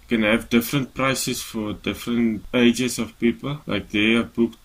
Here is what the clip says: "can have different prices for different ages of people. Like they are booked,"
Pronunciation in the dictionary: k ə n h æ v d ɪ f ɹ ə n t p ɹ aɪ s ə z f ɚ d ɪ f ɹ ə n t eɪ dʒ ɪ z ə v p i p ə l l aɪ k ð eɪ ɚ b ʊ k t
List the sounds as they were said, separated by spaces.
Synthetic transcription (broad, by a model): k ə n h æ v d ɪ f ɹ ə n t p ɹ aɪ s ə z f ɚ d ɪ f ɹ ə n t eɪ dʒ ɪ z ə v p i p ə l l aɪ k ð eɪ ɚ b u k